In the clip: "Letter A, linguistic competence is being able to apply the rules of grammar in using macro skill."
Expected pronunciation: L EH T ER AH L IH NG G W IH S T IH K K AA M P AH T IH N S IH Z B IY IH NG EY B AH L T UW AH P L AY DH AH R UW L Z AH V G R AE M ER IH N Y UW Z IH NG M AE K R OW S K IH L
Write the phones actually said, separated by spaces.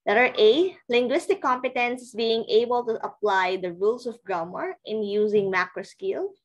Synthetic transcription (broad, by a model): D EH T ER AH L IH NG G W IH S T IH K K AA M P AH T IH N S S B IY IH NG EY B AH L T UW AH P L AY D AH R UW L S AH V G R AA M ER IH N Y UW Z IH NG M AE K R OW S K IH L